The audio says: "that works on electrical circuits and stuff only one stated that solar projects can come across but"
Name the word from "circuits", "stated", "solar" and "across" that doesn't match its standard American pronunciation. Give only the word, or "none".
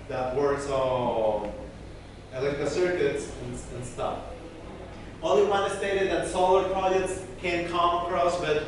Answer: none